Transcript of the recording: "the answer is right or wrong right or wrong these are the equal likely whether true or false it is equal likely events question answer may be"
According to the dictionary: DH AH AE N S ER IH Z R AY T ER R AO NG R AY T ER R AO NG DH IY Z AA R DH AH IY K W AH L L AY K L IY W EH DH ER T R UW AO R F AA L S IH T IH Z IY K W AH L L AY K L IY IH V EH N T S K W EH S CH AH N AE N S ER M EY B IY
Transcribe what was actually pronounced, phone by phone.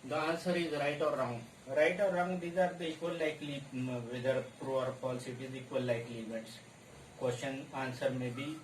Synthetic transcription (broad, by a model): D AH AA N S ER IH Z R AY T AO R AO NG R AY T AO R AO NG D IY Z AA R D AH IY K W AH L L AY K L IY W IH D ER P R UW AO R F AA L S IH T IH Z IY K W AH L L AY K L IY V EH T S K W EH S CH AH N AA N S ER M EY B IY